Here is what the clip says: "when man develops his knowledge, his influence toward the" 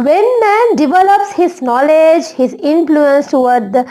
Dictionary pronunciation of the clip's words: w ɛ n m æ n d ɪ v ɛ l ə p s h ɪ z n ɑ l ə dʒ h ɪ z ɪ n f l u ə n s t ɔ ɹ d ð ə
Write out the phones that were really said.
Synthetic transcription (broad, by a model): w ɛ n m æ n d ɪ v ɛ l ə p s h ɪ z n ɑ l ə dʒ h ɪ z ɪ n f l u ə n s t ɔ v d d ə